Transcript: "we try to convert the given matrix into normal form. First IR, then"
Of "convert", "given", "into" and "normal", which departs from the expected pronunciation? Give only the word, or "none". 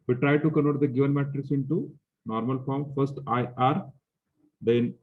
convert